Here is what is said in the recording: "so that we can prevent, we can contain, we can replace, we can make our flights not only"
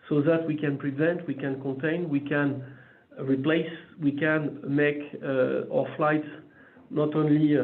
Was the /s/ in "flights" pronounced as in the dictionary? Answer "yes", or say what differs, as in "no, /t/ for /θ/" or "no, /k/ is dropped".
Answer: no, /s/ is dropped